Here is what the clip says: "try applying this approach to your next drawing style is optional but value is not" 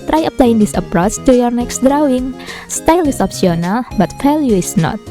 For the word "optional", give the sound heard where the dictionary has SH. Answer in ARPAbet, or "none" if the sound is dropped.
S